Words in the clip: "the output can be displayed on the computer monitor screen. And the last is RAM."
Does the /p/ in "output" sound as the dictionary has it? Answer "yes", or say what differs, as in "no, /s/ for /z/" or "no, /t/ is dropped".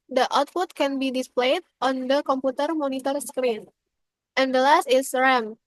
no, /f/ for /p/